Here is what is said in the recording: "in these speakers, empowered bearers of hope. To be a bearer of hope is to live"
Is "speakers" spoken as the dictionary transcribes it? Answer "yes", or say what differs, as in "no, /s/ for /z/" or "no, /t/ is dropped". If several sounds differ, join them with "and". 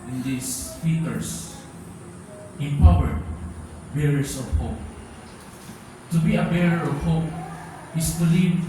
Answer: no, /f/ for /p/ and /s/ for /z/